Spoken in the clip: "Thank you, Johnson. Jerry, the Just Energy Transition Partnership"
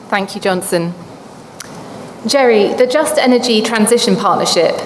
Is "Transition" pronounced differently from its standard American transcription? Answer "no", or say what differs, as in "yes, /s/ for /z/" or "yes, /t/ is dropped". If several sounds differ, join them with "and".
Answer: no